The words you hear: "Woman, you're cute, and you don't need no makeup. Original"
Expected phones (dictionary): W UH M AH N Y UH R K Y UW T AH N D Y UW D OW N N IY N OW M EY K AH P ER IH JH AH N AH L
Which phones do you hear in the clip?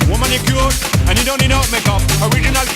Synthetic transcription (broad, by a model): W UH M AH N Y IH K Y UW AH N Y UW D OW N N IY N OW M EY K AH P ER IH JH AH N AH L